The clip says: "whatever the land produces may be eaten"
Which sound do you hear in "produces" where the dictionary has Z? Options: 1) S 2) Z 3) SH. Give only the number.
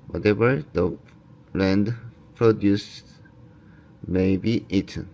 1